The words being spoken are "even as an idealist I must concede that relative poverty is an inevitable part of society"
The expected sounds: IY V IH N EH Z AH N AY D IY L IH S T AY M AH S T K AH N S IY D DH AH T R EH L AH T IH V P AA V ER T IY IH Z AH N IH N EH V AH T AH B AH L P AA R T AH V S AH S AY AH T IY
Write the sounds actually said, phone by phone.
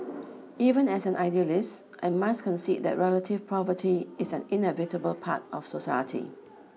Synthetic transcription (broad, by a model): IY V IH N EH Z AH N AY D IY L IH S T AY M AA S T K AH N S IY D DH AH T R EH L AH T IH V P AA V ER T IY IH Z AH N IH N EH V AH T AH B AH L P AA T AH F S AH S AY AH T IY